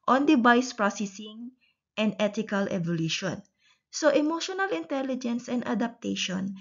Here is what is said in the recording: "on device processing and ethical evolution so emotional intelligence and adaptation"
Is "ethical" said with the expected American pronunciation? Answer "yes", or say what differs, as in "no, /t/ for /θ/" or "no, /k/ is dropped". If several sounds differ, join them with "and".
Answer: no, /t/ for /θ/